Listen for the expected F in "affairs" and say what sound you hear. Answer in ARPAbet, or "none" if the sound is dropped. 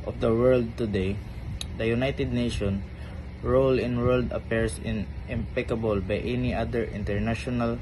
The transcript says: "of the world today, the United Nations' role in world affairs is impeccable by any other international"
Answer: P